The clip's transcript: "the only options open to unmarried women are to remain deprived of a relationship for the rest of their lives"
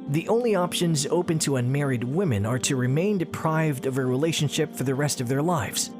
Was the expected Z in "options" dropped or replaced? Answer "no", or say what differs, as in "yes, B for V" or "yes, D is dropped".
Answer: no